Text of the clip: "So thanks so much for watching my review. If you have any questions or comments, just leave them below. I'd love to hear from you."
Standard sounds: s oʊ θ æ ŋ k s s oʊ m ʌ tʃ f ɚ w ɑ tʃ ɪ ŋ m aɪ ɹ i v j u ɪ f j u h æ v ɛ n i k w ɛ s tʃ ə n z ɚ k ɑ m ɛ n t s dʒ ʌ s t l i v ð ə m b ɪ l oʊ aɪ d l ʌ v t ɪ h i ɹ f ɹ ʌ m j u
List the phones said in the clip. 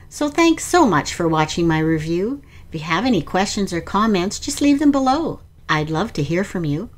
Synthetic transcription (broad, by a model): s oʊ θ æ ŋ k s s oʊ m ʌ tʃ f ɚ w ɑ tʃ ɪ ŋ m aɪ ɹ i v j u ɪ f j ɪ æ v ɛ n i k w ɛ s tʃ ə n z ɚ k ɑ m ɛ n t s dʒ ʌ s t l i v ð ə m b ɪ l oʊ aɪ d l ʌ v t ɪ h i ɹ f ɹ ʌ m j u